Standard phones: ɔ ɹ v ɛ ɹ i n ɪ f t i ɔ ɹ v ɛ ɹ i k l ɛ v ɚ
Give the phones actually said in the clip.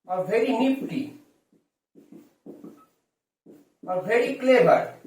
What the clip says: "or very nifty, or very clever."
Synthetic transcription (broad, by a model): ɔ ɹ v ɛ ɹ i n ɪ p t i ɔ ɹ v ɛ ɹ i k l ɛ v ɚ